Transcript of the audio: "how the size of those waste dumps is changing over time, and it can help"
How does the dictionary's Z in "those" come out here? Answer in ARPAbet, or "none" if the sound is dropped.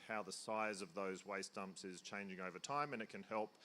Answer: Z